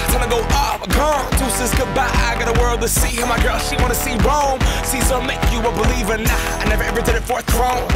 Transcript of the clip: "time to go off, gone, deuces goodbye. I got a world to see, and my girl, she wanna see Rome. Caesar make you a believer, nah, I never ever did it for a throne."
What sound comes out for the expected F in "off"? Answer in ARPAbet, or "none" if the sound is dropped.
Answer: P